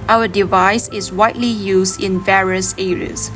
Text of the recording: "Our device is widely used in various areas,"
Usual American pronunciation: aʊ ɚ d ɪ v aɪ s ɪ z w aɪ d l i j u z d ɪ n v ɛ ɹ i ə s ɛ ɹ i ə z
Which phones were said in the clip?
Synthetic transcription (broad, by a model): aʊ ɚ d ɪ v aɪ s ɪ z w aɪ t l i j u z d ɪ n v ɛ ɹ i ə s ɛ ɹ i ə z